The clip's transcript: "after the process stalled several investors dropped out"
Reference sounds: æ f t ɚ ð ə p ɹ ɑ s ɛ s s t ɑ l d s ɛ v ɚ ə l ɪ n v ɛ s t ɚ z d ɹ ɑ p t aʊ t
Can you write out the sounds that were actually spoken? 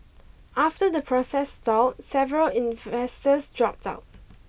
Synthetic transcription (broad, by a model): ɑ f t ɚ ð ə p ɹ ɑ s ɛ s s t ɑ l s ɛ v ɚ ə l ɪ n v ɛ s t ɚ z d ɹ ɑ p t aʊ t